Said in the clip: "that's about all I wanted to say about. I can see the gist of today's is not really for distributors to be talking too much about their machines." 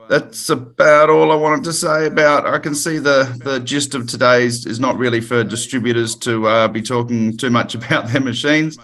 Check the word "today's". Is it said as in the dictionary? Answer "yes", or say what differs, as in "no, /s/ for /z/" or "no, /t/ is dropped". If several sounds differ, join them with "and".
yes